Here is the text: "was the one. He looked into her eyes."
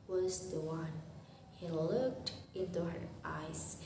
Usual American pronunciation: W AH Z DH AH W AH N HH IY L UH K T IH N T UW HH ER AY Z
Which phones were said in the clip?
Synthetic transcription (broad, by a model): W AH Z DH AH W AH N HH IY L UH K T IH N T UW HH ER AY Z